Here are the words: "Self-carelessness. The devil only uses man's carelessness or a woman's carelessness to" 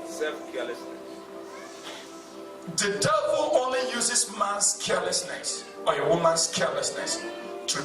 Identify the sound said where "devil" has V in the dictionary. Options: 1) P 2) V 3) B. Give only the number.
3